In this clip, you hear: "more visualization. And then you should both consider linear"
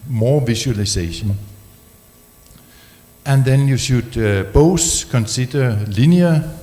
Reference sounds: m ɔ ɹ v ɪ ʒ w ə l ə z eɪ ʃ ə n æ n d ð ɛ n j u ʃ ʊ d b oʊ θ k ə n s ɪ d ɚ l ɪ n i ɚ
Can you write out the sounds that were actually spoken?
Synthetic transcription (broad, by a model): m ɔ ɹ v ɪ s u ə l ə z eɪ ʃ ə n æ n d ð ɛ n j u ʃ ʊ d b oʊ s k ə n s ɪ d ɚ l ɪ n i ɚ